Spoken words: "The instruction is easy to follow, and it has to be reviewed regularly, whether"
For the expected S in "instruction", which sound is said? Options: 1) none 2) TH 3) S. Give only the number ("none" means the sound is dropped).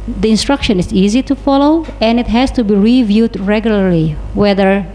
3